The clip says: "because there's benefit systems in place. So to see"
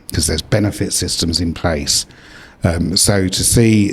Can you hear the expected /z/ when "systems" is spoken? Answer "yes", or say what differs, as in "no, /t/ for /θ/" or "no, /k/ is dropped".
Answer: yes